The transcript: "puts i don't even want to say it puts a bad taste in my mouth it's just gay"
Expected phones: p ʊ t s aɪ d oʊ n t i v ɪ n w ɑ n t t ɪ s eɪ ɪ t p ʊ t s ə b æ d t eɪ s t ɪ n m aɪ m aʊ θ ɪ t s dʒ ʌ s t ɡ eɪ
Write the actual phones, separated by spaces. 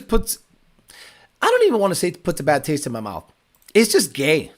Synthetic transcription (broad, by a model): p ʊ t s aɪ d oʊ n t i v ɪ n w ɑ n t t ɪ s eɪ ɪ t p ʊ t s ə b æ d t eɪ s t ɪ n m aɪ m aʊ θ ɪ t s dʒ ʌ s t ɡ eɪ